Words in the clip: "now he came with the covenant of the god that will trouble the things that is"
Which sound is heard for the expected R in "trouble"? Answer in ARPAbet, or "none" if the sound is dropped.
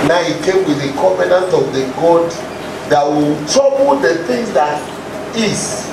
none